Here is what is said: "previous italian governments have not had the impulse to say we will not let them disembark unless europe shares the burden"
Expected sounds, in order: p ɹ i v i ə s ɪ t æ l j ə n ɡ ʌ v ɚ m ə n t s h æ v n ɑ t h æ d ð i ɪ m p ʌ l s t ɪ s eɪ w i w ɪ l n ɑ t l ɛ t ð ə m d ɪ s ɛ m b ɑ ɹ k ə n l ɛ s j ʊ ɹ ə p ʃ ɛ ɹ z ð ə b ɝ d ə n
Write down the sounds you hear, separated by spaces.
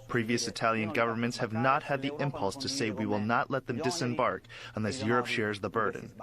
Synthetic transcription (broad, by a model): p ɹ i v i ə s ɪ t æ l j ə n ɡ ʌ v ɚ m ə n t s h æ v n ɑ t h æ d ð i ɪ m p ʌ l s t ɪ s eɪ w i w ɪ l n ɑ t l ɛ t ð ə m d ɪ s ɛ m b ɑ ɹ k ə n l ɛ s j ʊ ɹ ə p ʃ ɛ ɹ z ð ə b ɝ d n